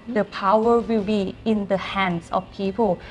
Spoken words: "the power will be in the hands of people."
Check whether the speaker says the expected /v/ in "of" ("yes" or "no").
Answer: no